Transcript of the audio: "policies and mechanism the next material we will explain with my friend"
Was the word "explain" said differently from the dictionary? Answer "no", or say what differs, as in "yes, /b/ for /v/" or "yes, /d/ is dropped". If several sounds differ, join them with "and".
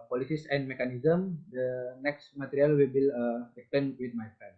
yes, /l/ is dropped